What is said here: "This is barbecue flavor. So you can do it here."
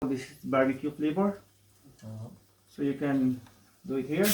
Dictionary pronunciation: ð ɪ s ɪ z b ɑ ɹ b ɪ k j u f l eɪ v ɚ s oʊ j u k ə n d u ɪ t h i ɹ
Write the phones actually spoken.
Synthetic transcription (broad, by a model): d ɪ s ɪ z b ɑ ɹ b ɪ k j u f l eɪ b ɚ s oʊ j u k ə n d u ɪ t h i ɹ